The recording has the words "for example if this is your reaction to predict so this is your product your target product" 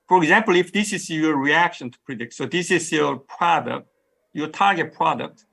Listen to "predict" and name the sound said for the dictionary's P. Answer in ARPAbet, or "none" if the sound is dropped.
P